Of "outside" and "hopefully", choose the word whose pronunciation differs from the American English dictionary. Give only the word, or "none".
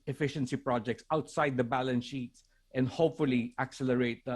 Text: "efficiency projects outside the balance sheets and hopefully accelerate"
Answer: none